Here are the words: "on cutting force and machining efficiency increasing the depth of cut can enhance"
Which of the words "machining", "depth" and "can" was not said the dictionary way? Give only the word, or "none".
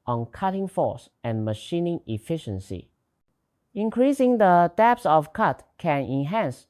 depth